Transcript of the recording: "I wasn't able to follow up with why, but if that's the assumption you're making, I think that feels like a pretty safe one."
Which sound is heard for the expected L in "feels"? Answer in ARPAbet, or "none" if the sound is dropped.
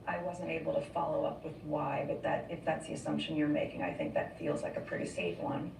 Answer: L